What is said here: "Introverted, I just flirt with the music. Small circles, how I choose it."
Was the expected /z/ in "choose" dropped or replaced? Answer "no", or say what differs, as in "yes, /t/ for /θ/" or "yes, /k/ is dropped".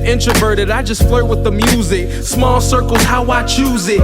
no